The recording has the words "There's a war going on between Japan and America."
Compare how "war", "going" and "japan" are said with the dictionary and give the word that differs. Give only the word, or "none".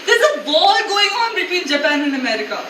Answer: war